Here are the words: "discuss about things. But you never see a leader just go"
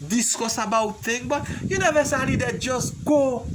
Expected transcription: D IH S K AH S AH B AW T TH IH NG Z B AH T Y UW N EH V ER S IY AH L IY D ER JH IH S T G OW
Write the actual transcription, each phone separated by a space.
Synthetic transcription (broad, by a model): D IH S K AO S AH B AW T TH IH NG B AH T Y UW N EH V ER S AH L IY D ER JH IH S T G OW